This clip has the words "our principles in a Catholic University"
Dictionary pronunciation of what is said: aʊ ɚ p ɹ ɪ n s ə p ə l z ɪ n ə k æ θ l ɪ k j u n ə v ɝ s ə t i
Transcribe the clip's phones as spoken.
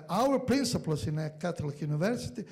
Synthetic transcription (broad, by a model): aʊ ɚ p ɹ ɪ n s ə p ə l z ɪ n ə k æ t l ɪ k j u n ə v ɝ s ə t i